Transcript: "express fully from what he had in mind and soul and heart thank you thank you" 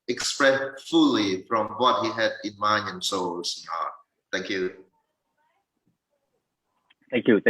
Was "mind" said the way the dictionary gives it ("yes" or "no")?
no